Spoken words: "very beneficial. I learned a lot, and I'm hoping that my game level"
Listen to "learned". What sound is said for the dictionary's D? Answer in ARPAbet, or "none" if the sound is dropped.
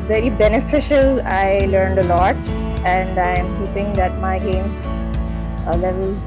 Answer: D